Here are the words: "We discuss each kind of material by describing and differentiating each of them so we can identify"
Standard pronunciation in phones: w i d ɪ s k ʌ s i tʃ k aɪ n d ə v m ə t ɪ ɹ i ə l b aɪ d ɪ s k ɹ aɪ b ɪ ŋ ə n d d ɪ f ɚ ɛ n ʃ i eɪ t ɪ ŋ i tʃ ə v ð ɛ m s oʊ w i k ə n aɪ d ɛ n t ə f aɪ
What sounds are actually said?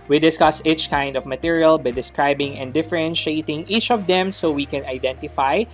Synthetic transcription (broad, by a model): w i d ɪ s k ʌ s i tʃ k aɪ n d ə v m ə t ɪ ɹ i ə l b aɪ d ɪ s k ɹ aɪ b ɪ ŋ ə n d d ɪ f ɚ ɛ n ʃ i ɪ t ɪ ŋ i tʃ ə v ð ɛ m s oʊ w i k ə n aɪ d ɛ n t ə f aɪ